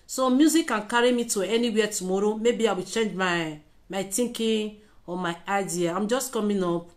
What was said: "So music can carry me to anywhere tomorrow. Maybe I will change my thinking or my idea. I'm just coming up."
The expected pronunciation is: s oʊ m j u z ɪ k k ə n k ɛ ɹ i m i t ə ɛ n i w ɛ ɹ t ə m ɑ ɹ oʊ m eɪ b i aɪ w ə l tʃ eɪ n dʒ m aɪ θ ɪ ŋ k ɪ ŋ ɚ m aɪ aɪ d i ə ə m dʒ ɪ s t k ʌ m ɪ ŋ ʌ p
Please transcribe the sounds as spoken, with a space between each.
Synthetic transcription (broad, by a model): s oʊ m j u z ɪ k k ə n k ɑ ɹ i m i t ə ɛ n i w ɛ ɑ t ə m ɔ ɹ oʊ m eɪ b i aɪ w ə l tʃ eɪ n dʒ m aɪ t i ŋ k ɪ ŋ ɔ m aɪ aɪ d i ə ə m dʒ ɪ s t k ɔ m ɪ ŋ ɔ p